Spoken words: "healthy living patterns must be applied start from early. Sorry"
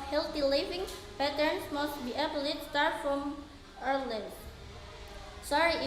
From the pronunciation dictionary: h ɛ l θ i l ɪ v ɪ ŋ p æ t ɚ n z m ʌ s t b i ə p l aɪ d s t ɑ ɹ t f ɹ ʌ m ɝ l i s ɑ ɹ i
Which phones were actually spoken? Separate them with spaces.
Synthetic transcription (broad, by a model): h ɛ l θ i l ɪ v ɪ ŋ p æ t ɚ n s m ʌ s t b i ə b l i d s t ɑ ɹ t f ɹ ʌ m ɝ l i s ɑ ɹ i